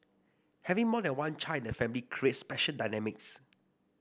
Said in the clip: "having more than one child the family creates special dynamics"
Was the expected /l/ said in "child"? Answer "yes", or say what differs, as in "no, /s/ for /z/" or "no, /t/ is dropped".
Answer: no, /n/ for /l/